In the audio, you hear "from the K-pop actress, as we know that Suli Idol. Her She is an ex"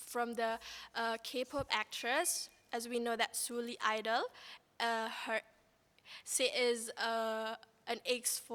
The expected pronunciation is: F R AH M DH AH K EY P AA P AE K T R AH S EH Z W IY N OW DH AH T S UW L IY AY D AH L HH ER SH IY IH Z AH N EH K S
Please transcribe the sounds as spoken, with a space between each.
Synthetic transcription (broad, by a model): F R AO M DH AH K EY P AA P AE K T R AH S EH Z W IY N OW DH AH T S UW L IY AY D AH L HH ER S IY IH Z AH N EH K S